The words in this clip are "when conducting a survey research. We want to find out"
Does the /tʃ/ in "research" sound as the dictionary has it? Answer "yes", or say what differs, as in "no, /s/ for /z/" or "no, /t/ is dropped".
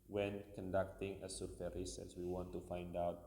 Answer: no, /s/ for /tʃ/